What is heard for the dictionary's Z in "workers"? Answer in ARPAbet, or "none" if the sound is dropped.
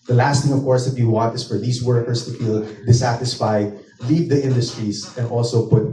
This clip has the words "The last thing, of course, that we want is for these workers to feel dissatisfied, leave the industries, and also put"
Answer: S